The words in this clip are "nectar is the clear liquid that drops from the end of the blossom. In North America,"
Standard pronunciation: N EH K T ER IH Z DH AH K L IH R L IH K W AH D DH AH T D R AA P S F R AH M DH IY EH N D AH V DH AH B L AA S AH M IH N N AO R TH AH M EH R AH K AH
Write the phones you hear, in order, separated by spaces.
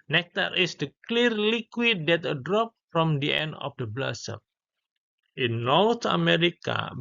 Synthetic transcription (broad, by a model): N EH K T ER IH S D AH K L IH R L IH K W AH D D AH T D R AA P F R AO M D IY EH N D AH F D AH B L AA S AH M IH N N AO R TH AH M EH R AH K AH